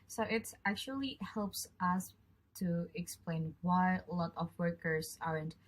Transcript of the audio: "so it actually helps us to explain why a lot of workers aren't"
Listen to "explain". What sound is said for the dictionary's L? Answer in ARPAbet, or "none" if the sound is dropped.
L